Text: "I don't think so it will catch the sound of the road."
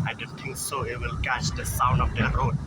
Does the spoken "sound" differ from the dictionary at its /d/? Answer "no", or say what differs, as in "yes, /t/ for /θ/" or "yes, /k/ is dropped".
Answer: no